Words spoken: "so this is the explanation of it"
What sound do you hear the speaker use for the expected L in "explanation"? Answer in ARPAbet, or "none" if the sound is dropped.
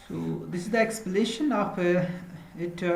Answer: none